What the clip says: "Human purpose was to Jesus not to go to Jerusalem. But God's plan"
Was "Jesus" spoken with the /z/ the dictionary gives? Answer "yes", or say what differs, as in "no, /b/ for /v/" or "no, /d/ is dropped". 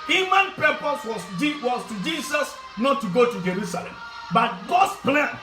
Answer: no, /s/ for /z/